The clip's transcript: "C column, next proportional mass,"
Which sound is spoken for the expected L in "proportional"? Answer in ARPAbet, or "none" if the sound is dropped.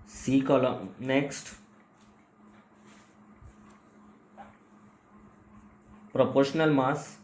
L